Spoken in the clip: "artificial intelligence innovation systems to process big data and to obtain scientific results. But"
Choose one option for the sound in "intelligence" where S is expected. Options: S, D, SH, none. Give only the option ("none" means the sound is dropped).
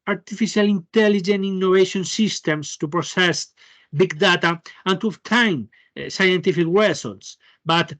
none